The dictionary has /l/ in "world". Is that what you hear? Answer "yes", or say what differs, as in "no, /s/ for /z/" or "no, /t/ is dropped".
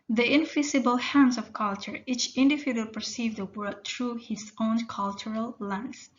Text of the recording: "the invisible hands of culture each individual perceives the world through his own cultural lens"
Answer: no, /l/ is dropped